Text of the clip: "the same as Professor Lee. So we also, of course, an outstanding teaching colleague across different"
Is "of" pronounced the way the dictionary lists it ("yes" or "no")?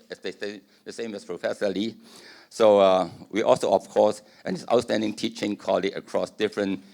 no